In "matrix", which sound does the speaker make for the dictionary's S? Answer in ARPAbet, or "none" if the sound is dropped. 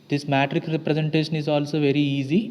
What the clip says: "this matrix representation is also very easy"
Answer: none